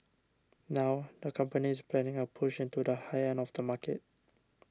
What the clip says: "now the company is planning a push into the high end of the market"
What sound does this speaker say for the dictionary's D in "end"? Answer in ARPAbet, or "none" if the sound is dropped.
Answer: none